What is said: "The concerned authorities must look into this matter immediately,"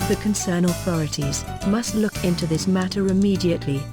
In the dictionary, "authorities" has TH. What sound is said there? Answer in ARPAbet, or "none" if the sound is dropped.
TH